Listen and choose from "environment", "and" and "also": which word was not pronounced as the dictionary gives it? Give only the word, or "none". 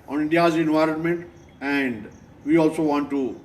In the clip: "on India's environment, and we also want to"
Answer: none